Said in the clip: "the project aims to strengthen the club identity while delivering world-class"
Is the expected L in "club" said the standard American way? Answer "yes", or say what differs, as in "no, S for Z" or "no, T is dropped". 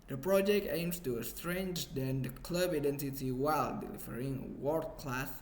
yes